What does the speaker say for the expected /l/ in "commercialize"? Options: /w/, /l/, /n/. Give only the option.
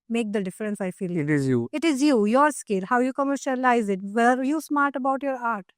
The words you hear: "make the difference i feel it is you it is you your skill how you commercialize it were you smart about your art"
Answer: /l/